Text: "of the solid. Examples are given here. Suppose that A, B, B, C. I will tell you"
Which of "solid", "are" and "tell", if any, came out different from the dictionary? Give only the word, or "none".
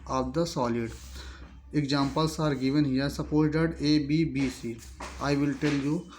none